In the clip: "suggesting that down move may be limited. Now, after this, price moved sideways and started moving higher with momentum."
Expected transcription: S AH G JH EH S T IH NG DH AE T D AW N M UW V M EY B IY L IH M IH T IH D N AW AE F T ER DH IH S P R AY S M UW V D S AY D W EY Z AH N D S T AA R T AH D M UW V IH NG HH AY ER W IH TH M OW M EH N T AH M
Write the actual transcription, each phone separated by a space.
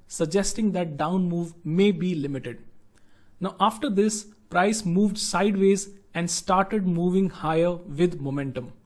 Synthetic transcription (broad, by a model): S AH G JH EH S T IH NG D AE T D AW N M UW V M EY B IY L IH M IH T IH D N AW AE F T ER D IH S P R AY S M UW V D S AY D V EY Z AH N D S T AA R T AH D M UW V IH NG HH AY ER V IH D M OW M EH N T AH M